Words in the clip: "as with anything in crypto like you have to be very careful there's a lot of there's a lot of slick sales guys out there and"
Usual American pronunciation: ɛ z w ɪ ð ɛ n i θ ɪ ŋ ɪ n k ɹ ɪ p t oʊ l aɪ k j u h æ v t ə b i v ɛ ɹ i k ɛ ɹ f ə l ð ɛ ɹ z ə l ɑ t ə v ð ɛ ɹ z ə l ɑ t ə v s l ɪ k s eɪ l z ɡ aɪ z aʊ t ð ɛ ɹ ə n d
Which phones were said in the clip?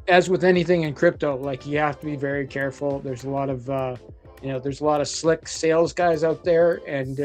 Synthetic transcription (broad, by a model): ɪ z w ɪ ð ɛ n i θ ɪ ŋ ɪ n k ɹ ɪ p t oʊ l aɪ k j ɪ h æ f t ə b i v ɛ ɹ i k ɛ ɹ f l ð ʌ ɹ z ə l ɑ t ə v ð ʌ ɹ z ə l ɑ t ə v s l ɪ k s eɪ l z ɡ aɪ z aʊ t ð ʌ ɹ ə n